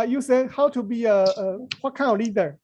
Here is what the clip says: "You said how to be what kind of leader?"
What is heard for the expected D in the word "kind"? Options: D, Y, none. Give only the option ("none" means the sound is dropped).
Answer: none